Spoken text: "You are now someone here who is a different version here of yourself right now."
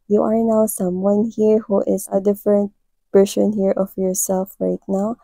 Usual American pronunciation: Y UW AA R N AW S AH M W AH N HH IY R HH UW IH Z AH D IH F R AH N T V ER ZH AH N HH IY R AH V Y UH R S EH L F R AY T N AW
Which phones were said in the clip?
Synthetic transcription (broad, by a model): Y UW AA R N AW S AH M W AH N HH IY R HH UW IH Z AH D IH F R AH N T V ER S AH N HH IY R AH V Y UH R S EH L F R AY T N AW